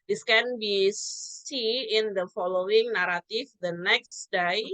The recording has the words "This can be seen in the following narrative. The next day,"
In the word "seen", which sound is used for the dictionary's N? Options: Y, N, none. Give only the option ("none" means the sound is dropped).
none